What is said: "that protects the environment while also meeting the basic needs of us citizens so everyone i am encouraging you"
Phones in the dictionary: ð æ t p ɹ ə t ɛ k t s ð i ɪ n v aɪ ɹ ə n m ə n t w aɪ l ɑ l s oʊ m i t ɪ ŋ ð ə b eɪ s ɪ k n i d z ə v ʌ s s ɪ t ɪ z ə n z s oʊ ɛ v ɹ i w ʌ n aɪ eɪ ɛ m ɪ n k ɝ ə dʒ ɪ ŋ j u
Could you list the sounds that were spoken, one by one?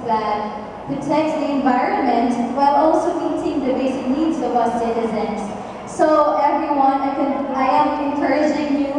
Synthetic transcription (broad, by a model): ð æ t p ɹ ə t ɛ k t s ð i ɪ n v aɪ ɹ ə n m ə n t w aɪ l ɑ l s oʊ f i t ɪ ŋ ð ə b eɪ s ɪ k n i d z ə w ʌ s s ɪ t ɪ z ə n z s oʊ ɛ v ɹ i w ʌ n aɪ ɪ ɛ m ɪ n k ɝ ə dʒ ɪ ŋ j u